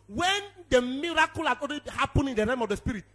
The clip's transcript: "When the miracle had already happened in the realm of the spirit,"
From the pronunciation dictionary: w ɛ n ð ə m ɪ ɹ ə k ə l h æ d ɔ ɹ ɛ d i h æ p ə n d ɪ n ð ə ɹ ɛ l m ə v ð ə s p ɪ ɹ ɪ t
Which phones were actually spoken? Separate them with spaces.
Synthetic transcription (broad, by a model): w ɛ n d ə m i ɹ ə k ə l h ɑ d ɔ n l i h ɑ p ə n ɪ n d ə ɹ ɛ m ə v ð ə s p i ɹ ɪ t